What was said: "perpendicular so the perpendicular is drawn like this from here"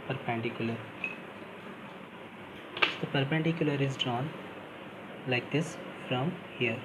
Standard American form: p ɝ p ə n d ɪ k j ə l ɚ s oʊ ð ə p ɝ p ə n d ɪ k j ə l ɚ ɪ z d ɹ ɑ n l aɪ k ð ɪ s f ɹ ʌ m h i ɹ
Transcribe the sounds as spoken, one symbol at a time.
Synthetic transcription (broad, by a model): p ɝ p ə n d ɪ k j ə l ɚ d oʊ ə p ɝ p ə n d ɪ k j ə l ɚ ɪ z d ɹ ɑ n l aɪ k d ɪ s f ɹ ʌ m h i ɹ